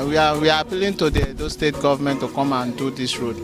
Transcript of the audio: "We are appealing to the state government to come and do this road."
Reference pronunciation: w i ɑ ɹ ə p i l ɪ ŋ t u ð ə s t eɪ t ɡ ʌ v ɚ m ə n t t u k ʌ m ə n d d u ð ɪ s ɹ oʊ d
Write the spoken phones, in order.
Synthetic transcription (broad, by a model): w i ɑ w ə p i l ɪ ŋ t u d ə s t eɪ t ɡ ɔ v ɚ m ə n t t u k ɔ m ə n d d u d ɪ s ɹ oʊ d